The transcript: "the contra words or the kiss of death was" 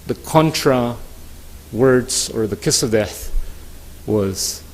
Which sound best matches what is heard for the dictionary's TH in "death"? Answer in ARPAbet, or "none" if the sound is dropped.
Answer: TH